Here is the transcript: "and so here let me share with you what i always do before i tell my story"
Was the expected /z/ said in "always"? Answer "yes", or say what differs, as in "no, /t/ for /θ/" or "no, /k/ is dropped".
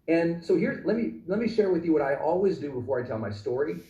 yes